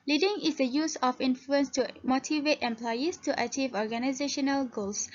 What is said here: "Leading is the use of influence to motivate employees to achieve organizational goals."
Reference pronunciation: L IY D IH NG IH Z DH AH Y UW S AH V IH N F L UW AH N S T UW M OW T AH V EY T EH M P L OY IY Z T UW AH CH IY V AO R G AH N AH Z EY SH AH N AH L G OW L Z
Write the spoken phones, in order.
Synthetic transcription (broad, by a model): L IY D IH NG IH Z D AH Y UW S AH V IH N F L UW AH N S T UW M OW T AH V EY T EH M P L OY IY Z T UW AH CH IY V AO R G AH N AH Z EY SH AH N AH L G OW L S